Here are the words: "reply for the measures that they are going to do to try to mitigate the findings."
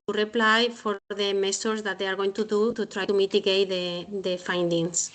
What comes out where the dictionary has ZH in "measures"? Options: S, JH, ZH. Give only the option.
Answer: S